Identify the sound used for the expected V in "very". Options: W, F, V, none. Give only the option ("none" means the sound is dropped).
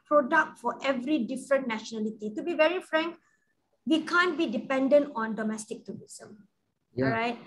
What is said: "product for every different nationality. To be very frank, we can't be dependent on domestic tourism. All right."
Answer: V